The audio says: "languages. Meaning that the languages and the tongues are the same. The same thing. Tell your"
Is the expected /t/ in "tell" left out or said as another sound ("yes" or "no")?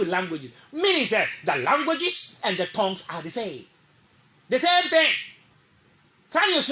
yes